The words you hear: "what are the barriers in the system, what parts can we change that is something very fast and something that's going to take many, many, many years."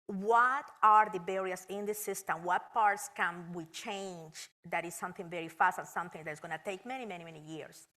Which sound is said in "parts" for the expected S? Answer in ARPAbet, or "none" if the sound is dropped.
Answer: S